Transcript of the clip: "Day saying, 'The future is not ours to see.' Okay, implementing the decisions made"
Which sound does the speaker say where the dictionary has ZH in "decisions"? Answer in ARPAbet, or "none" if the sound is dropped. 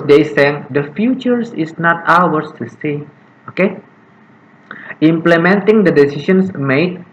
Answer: S